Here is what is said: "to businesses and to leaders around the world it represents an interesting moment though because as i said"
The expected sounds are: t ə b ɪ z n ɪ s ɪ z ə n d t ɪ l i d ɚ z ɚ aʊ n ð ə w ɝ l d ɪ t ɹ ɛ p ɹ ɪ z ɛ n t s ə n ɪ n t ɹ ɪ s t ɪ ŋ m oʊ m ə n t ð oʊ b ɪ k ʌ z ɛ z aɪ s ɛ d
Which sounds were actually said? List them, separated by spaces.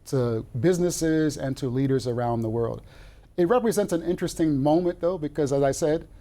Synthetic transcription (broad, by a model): t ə b ɪ z n ɪ s ɪ z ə n t ɪ l i d ɚ z ɚ aʊ n ð ə w ɝ l d ɪ t ɹ ɛ p ɹ ɪ z ɛ n t s ə n ɪ n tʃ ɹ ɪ s t ɪ ŋ m oʊ m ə n ð oʊ b ɪ k ʌ z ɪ z aɪ s ɛ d